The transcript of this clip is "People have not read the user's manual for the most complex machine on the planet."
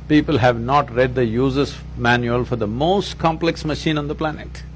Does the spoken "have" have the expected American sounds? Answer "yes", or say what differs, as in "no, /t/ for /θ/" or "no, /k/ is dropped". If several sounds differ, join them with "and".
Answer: yes